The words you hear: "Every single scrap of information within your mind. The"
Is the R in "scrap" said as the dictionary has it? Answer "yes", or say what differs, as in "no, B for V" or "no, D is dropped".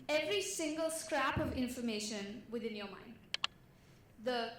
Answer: yes